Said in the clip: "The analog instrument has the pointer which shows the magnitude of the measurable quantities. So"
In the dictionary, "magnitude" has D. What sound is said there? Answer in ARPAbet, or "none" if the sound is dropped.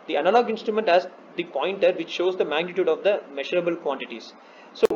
D